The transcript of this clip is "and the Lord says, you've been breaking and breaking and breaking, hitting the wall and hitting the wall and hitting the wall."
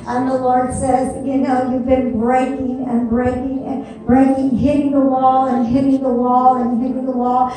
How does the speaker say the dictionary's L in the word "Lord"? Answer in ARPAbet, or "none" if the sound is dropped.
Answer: L